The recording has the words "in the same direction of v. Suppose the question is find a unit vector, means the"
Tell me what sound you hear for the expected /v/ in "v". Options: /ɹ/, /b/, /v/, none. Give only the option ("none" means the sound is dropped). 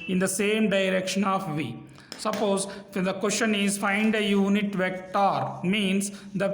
/v/